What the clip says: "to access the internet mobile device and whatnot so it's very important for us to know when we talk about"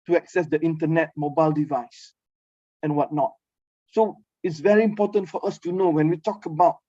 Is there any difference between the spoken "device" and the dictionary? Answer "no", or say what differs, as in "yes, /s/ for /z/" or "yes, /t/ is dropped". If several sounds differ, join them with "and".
no